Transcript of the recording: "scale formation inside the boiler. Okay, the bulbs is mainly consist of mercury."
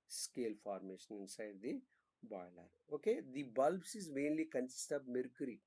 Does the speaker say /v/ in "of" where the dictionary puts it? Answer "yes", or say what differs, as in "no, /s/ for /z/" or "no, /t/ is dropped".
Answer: no, /b/ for /v/